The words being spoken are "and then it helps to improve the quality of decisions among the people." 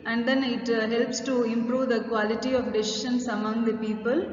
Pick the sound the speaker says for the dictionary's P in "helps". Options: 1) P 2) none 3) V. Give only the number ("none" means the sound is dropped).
1